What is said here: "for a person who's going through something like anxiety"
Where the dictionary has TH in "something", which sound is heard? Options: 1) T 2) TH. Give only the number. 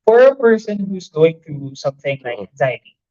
2